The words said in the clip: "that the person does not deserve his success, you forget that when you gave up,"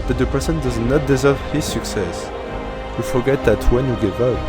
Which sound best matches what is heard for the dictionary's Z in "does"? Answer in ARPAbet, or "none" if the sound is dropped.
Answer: Z